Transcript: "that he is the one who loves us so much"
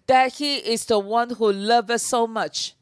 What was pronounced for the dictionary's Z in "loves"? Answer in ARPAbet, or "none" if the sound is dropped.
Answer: none